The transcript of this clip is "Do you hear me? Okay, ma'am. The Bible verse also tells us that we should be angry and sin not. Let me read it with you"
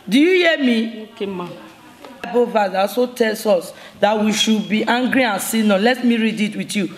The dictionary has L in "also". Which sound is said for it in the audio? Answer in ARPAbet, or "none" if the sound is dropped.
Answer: none